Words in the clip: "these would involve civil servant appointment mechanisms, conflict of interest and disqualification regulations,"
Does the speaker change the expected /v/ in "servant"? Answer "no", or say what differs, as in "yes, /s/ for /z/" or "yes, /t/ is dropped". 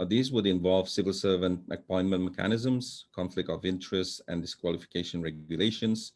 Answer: no